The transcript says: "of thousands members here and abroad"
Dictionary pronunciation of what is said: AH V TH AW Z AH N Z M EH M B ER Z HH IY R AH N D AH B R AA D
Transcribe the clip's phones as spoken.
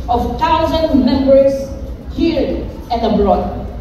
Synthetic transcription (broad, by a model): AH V T AW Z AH N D M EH M B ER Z HH IY R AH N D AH B R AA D